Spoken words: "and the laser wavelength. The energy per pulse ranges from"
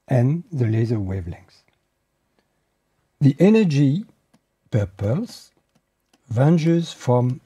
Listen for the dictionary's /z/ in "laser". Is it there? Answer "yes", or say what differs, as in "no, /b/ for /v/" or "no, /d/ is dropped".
yes